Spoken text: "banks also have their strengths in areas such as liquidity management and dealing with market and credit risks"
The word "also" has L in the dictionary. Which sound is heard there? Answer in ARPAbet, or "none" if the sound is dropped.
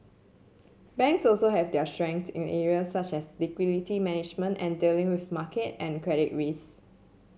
L